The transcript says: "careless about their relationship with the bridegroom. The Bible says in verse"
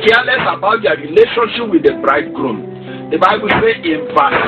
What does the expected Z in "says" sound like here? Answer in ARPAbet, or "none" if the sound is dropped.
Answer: none